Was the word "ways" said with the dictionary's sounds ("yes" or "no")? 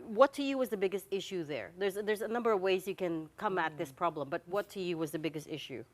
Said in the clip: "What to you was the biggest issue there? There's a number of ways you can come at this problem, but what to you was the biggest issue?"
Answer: yes